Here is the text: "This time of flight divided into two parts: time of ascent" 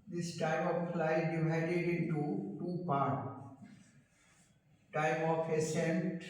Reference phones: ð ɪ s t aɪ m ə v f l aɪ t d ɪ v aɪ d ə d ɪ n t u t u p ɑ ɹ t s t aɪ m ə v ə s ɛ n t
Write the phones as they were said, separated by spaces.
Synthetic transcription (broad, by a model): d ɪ s t aɪ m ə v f l aɪ d ɪ v aɪ d ə d ɪ n t u t u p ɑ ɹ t t aɪ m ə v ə s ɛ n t